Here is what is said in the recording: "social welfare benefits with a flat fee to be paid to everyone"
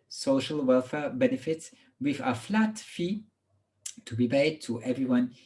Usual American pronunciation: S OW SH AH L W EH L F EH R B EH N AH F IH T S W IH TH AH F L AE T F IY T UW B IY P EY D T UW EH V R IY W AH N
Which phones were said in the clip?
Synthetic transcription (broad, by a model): S OW SH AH L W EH L F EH B EH N AH F IH T S W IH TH AH F L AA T F IY T UW B IY B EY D T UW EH V R IY W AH N